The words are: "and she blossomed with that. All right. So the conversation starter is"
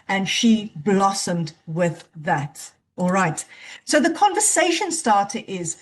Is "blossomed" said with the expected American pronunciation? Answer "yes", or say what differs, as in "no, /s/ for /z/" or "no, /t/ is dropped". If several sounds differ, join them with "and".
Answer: yes